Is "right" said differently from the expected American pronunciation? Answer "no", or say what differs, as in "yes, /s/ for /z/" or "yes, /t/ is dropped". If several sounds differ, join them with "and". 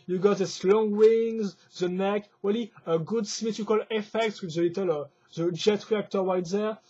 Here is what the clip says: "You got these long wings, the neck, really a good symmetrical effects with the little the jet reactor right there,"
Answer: yes, /w/ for /ɹ/